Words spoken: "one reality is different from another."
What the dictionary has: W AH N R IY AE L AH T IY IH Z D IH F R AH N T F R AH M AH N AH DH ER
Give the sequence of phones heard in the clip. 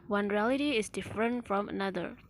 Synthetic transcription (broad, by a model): W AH N R IY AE L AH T IY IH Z D IH F R AH N T F R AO M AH N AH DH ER